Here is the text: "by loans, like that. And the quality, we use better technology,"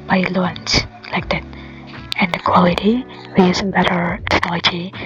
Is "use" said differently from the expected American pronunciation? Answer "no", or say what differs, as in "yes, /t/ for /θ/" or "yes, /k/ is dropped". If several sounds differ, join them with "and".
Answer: yes, /s/ is dropped